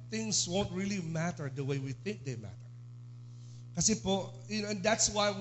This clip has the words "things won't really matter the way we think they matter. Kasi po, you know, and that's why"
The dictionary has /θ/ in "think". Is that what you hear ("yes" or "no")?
yes